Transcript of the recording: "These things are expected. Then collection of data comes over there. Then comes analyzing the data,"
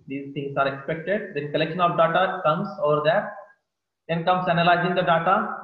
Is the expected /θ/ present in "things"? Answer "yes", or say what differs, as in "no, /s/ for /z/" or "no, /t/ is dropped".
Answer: no, /t/ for /θ/